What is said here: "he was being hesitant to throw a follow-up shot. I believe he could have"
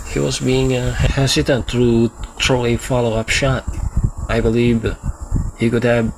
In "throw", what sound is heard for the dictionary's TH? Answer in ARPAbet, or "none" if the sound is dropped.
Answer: T